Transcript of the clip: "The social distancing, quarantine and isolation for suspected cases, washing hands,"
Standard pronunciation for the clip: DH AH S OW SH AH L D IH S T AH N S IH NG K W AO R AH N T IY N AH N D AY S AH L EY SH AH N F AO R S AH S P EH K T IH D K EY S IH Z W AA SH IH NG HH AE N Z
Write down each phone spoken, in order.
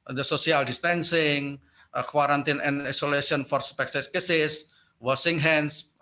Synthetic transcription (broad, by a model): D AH S OW S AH L D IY S T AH N S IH NG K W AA R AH N T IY N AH N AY S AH L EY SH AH N F AO R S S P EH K S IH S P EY S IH S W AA S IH NG HH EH N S